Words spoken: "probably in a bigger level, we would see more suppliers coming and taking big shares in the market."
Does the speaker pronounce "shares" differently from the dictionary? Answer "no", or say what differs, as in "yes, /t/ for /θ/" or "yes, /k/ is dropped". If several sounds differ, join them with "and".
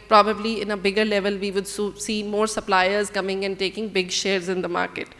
no